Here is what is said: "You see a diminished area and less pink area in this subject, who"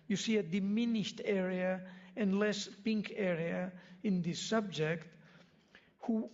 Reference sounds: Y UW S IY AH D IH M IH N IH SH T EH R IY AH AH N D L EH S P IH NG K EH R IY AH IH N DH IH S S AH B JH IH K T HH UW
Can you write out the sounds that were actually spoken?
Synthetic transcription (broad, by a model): Y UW S IY AH D IH M IH N IH SH T EH R IY AH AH N L EH S P IH NG K EH R IY AH IH N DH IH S S AH B JH IH K T HH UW